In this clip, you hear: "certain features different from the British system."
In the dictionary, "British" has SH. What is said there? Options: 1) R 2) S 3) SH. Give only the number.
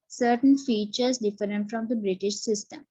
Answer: 3